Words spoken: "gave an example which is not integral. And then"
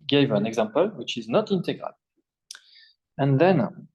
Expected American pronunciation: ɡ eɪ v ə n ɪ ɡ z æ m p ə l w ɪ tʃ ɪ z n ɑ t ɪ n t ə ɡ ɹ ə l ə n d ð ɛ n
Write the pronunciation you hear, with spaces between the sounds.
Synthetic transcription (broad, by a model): ɡ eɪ v ə n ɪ ɡ z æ m p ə l w ɪ tʃ ɪ z n ɑ t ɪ n t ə ɡ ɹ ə l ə n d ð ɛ n